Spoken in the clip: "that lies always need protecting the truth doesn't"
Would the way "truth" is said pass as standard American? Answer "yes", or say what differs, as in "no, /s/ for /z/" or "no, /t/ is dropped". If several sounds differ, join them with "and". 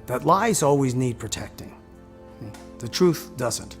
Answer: yes